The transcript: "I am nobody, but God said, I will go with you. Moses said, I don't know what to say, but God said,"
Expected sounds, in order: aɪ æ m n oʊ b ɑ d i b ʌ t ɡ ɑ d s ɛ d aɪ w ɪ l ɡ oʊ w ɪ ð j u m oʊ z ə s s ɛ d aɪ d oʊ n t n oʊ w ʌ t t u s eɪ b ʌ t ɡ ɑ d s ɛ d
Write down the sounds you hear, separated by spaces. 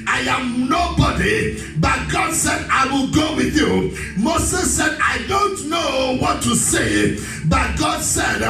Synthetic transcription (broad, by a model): aɪ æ m n oʊ b ɑ d i b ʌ t ɡ ɑ d s ɛ d aɪ w ɪ l ɡ oʊ w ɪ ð j u m oʊ s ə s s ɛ d aɪ d oʊ n t n oʊ w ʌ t t u s eɪ b ʌ t ɡ ɑ d s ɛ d